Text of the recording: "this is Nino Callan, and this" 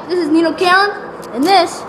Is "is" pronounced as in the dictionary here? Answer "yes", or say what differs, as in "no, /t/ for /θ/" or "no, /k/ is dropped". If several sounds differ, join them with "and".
yes